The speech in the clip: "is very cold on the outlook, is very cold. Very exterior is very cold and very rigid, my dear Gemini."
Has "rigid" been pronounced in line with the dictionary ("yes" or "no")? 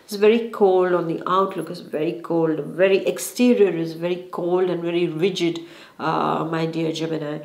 yes